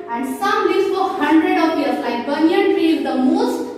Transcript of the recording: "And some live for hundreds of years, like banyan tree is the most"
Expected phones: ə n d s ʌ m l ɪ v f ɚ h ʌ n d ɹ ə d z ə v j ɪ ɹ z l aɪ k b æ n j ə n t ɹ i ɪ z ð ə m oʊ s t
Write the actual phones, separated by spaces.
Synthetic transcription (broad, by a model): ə n d s ʌ m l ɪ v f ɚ h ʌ n d ɹ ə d ə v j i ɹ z l aɪ k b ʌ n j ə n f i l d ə m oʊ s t